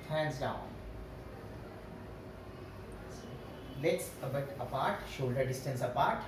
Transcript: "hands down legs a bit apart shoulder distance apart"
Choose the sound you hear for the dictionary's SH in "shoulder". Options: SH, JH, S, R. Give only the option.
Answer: SH